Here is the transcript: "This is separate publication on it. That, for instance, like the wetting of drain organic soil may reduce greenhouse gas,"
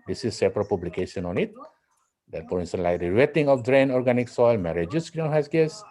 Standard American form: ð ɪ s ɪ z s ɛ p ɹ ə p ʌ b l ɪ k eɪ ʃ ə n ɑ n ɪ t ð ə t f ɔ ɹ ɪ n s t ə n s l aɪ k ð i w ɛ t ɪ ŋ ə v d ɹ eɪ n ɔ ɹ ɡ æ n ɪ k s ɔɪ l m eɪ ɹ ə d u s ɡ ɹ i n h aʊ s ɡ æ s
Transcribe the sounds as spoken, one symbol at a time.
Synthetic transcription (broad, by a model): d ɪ s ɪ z s ɛ p ɹ ə p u b l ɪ k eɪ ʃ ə n ɑ n ɪ t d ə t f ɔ ɹ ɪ n s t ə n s l aɪ k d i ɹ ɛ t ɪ ŋ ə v d ɹ eɪ n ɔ ɹ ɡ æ n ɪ k s ɔɪ l m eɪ ɹ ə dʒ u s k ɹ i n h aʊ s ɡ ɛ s